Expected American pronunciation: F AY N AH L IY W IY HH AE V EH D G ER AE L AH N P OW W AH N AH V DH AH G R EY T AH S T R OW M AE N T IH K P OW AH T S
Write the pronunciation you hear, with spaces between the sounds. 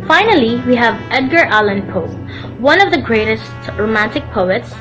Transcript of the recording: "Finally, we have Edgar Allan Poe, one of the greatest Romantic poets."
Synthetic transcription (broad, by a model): F AY N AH L IY W IY HH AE V EH D G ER AE L AH N P OW W AH N AH V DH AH G R EY T AH S T R OW M AE N T IH K P OW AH T S